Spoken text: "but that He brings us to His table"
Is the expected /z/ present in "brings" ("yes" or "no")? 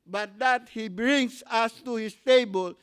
no